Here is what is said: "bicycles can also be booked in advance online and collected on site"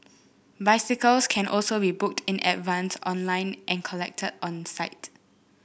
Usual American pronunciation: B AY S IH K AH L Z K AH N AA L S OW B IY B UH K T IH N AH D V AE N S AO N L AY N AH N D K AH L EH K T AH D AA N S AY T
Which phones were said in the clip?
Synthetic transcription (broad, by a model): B AY S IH K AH L S K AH N AA L S OW B IY B UH K T IH N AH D V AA N S AO N L AY N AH N K AH L EH K T AH D AA N S AY T